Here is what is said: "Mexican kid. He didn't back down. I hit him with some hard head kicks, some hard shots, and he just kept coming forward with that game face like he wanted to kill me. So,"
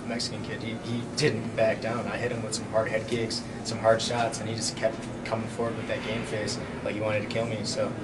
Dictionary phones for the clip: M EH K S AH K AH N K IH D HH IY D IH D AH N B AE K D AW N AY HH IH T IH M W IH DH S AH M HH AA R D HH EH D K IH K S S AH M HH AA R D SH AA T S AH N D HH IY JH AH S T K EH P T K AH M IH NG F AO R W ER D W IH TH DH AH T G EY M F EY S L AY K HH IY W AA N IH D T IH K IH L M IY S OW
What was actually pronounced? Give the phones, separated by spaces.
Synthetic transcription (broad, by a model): M EH K S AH K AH N K IH D HH IY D IH D N B AE K D AW N AY HH IH T IH M W IH DH S AH M HH AA R D HH EH D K IH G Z S AH M HH AA R D SH AA T S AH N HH IY JH AH S K EH P T K AH M IH NG F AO R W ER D W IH DH AH T G EY M F EY S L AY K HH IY W AA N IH D T IH K IH L M IY S OW